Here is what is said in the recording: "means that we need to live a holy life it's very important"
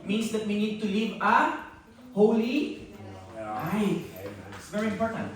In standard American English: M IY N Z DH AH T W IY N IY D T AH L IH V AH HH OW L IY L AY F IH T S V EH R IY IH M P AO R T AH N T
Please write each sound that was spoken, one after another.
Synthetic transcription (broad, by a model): M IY N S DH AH T W IY N IY D T AH L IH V AH HH OW L IY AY IH T S V EH R IY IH M P AO R T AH N T